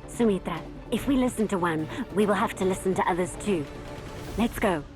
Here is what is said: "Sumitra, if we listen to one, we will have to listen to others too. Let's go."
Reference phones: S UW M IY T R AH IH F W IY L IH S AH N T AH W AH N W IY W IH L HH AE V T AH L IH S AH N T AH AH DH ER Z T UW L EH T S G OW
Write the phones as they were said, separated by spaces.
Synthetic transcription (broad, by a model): S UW M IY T R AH IH F W IY L IH S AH N T AH W AH N W IY W IH L HH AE F T AH L IH S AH N T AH AH DH ER Z T UW L EH T S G OW